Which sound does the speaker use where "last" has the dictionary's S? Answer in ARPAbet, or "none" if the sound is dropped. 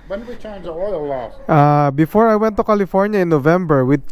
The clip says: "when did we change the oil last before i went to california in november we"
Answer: none